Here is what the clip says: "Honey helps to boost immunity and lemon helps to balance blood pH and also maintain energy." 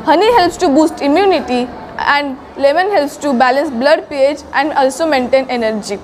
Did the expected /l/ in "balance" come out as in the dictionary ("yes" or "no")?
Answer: yes